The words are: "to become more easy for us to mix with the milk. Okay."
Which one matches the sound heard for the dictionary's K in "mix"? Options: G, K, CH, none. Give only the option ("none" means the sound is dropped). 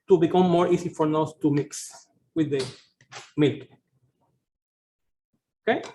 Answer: K